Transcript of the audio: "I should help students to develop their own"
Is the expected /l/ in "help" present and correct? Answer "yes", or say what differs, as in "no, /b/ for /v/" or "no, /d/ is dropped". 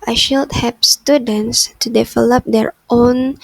no, /l/ is dropped